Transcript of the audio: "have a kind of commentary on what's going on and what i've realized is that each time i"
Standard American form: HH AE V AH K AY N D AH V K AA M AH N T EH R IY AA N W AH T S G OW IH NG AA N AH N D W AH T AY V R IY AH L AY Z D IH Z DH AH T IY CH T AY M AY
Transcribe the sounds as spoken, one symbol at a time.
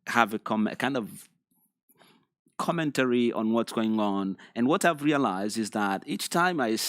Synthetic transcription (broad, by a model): HH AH V AH K AY N D AH V K AA M AH N T EH R IY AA N W AH T S G OW IH NG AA N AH N W AH T AY V R IY AH L AY Z D IH Z DH AH T IY CH T AY M AY